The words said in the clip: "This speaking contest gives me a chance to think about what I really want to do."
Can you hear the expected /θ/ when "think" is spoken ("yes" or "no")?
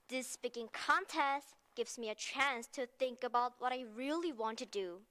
yes